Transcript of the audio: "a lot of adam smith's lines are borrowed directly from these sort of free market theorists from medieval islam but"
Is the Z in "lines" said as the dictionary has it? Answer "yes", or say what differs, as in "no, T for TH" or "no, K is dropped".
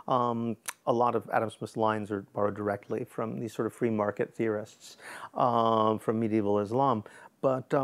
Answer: yes